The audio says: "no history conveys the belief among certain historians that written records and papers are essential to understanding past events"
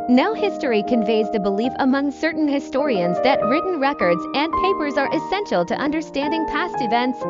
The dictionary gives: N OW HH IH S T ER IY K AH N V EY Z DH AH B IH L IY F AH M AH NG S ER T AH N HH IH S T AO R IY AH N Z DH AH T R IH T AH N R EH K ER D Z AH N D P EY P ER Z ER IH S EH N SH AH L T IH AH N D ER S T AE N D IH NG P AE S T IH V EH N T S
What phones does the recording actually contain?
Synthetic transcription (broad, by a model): N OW HH IH S T ER IY K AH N V EY Z DH AH B IH L IY F AH M AH NG S ER T N HH IH S T AO R IY AH N Z DH AH T R IH T N R EH K ER D Z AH N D P EY P ER Z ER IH S EH N SH L T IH AH N D ER S T AE N D IH NG P AE S T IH V EH N T S